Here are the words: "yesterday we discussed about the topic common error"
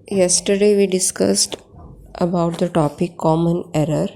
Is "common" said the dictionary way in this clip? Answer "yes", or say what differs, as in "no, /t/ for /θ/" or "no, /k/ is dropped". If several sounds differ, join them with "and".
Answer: yes